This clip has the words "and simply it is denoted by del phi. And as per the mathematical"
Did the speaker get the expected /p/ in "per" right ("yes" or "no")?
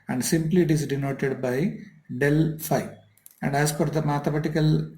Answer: no